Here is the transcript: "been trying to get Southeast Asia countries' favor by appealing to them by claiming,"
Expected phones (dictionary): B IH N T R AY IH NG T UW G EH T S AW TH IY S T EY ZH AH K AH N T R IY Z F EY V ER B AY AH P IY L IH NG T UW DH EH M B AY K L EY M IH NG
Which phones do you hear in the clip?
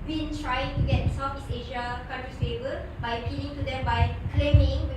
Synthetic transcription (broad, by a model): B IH N T R AY IH NG T UW G EH T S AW F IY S EY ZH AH K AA N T R IY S EY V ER B AY AH P IY L IH NG T UW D EH M B AY K L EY M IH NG